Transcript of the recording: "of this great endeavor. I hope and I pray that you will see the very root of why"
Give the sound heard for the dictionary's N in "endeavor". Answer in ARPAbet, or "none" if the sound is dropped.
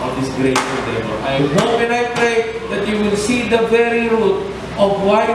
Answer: none